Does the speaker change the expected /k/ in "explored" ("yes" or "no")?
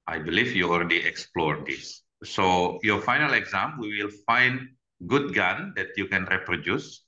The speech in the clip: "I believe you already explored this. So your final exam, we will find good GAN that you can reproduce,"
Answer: no